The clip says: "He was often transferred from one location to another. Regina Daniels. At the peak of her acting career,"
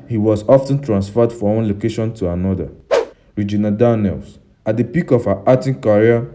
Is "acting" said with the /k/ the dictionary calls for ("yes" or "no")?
no